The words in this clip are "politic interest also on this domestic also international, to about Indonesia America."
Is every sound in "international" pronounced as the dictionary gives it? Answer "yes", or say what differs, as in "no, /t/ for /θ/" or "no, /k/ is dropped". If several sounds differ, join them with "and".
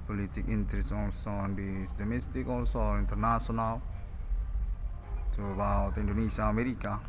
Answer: no, /s/ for /ʃ/